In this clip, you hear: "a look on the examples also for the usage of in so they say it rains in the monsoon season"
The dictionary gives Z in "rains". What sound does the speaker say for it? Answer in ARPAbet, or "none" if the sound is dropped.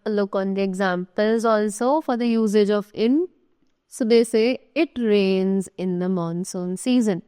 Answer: Z